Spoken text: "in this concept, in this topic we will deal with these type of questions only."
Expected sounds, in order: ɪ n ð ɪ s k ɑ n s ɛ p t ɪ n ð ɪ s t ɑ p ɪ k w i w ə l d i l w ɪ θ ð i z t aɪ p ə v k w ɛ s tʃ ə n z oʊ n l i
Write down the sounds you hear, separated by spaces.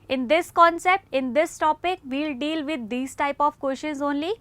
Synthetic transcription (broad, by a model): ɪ n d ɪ s k ɑ n s ɛ p t ɪ n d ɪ s t ɑ p ɪ k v i l d i l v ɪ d i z t aɪ p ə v k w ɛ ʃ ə n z oʊ n l i